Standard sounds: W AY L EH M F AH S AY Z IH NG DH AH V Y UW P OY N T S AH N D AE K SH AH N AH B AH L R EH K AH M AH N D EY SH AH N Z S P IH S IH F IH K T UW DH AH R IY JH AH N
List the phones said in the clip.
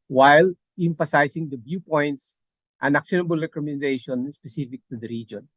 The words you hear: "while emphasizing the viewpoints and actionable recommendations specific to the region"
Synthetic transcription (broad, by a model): W AY L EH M F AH S AY S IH NG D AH B Y UW P OY N T S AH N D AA K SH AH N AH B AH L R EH K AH M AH N D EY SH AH N S P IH S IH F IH K T UW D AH R IY JH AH N